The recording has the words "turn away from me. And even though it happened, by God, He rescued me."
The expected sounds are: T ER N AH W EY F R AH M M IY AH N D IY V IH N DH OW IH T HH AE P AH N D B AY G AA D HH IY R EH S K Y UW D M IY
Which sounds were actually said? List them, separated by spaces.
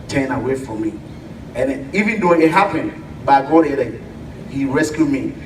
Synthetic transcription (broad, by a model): T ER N AH W EY F R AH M M IY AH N IY V IH N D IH IH T HH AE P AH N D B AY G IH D HH IY R EH S K Y UW D M IY